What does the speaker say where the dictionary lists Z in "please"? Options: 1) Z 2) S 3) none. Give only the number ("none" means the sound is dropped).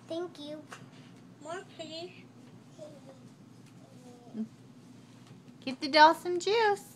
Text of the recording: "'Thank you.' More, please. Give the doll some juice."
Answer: 3